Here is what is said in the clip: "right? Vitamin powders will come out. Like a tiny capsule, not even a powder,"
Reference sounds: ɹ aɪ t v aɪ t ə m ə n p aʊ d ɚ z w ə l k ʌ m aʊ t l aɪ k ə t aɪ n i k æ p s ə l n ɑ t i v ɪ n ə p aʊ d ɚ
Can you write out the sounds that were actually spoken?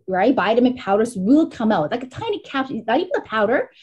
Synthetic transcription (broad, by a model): ɹ aɪ t b aɪ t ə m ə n p aʊ d ɚ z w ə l k ʌ m aʊ t l aɪ k ə t aɪ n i k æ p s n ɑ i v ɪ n ə p aʊ d ɚ